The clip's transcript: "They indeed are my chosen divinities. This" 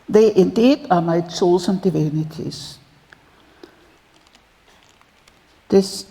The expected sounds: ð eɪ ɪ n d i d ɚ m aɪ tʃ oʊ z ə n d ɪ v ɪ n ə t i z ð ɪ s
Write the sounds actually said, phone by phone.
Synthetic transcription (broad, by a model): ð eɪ ɪ n d i d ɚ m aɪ s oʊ s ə n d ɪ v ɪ n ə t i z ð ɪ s